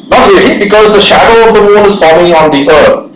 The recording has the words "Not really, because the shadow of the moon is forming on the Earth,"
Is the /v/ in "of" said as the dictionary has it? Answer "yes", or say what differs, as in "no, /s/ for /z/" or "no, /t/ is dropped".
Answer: yes